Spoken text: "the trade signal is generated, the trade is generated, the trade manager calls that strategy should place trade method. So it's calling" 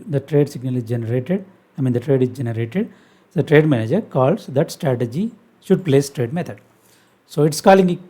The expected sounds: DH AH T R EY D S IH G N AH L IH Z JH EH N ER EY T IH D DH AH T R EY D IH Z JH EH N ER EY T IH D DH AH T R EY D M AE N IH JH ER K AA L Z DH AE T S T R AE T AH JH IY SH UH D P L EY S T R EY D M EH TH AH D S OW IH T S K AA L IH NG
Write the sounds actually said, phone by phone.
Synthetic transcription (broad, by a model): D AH T R EY D S IH G N AH L IH Z JH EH N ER EY T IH D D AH T R EY D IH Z JH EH N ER EY T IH D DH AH T R EY D M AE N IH JH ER K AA L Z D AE T S T R AE T AH JH IY SH UH D P L EY S T R EY D M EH T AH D S OW IH T S K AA L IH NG